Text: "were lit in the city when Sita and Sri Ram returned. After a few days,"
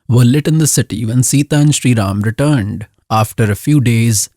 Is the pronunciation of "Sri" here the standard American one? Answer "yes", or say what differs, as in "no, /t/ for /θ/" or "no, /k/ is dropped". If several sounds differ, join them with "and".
yes